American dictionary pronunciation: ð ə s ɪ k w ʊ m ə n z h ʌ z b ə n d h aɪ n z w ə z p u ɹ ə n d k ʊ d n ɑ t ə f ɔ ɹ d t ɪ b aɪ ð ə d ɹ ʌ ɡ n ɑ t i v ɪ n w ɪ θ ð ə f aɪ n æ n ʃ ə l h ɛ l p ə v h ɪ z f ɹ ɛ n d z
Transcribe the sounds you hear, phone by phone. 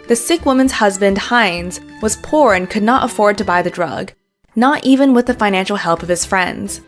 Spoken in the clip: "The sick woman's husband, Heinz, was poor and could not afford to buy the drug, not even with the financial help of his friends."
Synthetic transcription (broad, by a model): ð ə s ɪ k w ʊ m ə n z h ʌ z b ə n d h aɪ n z w ə z p u ɹ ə n k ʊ d n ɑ t ə f ɔ ɹ d t ɪ b aɪ ð ə d ɹ ʌ ɡ n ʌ t i v ɪ n w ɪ ð ə f aɪ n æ n ʃ l h ɛ l p ə v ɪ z f ɹ ɛ n d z